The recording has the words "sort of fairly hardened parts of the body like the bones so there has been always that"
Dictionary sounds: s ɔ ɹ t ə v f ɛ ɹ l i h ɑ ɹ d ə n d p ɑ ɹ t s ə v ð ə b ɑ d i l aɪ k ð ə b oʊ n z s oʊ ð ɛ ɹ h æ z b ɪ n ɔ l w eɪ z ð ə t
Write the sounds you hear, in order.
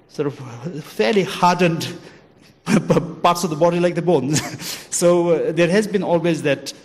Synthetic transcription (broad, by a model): s ɔ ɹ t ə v f ɛ ɹ l i h ɑ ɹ d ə n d p ɑ ɹ t s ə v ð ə b ɑ d i l aɪ k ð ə b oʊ n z s oʊ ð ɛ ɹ h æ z b ɪ n ɔ l w eɪ z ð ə t